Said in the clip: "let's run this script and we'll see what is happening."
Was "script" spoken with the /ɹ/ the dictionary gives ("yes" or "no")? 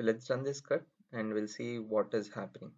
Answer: no